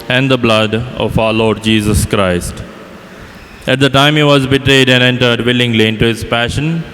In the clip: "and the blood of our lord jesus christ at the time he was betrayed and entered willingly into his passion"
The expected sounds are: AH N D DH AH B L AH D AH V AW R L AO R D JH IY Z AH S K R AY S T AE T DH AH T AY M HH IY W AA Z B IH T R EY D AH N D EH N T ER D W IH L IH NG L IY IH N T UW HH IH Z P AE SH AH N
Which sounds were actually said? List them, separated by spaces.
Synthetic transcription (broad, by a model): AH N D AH B L AH D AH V AW R L AO R D JH IY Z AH S K R AY S T AE T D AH T AY M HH IY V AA Z B IH T R EY D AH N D EH N T ER D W IH L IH NG L IY IH N T UW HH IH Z P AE SH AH N